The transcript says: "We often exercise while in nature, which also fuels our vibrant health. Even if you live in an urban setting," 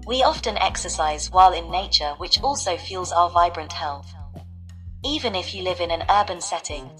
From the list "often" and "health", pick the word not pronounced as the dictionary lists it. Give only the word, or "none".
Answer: none